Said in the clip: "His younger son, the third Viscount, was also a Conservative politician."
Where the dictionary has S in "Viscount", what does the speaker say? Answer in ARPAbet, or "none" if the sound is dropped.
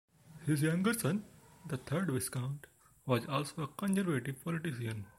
S